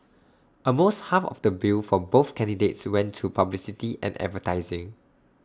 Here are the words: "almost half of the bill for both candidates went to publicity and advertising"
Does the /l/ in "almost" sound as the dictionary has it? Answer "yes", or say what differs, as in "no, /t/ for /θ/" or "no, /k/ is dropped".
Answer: no, /l/ is dropped